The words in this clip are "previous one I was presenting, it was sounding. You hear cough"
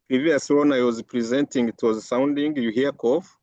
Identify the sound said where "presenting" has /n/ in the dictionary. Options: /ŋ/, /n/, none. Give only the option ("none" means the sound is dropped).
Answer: /n/